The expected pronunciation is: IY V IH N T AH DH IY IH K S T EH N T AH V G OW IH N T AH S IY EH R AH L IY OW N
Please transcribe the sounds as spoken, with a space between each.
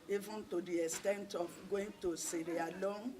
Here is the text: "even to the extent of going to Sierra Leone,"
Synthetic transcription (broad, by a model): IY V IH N T AH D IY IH S T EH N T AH F G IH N T AH S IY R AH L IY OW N